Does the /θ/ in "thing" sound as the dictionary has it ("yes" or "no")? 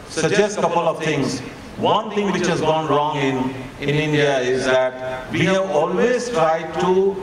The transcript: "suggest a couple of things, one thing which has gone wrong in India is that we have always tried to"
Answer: no